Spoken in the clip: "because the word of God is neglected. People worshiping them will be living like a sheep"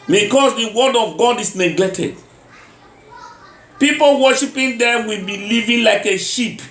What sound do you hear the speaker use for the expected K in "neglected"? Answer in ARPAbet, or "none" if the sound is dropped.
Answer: none